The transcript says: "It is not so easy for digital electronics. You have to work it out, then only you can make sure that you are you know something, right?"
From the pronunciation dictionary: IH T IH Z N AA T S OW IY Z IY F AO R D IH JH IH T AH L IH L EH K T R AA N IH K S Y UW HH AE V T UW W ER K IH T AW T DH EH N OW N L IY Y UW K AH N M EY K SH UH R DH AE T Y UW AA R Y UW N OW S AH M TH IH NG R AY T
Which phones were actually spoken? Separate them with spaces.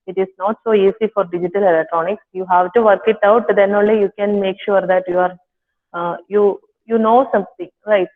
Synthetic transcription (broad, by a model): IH T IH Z N AA T S OW IY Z IY F AO R D IH JH IH T AH L IH L EH K T R AA N IH K S Y UW HH AE V T UW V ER K IH T AW T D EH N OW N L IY Y UW K AH N M EY K SH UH R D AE T Y UW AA R Y UW N OW S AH M T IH NG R AY T